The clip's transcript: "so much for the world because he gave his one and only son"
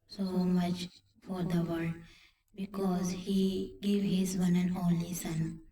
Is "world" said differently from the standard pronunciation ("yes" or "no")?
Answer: yes